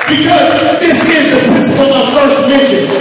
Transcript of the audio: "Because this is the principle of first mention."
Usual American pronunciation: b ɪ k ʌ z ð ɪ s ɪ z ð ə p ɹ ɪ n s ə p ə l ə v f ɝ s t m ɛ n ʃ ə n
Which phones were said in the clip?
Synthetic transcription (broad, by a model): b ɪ k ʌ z ð ɪ s ɪ z ð ə p ɹ ɪ n s ə p ə l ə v f ɝ s t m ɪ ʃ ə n